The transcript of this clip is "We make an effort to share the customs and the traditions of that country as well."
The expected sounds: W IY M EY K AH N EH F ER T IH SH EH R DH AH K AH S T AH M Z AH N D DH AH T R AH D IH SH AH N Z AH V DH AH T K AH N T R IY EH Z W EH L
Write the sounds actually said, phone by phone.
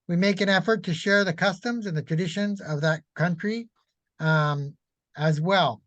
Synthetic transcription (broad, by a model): W IY M EY K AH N EH F ER T IH SH EH R DH AH K AH S T AH M Z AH N DH AH T R AH D IH SH AH N Z AH V DH AH T K AH N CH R IY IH Z W EH L